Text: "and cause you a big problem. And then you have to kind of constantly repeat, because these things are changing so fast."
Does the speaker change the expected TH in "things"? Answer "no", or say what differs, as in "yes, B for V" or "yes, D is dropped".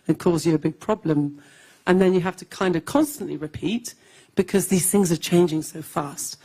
no